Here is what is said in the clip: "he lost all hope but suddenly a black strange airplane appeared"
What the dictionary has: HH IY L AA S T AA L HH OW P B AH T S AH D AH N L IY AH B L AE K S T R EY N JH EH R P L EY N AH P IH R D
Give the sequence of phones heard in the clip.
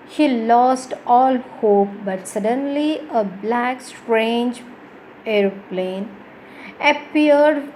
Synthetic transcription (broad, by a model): HH IY L AA S T AA L HH OW P B AH T S AH D AH N L IY AH B L AE K S T R EY N JH EH R P L EY N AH P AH R D